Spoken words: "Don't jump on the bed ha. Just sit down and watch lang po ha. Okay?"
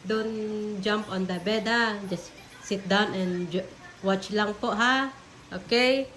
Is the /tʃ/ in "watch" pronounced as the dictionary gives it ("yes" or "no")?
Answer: yes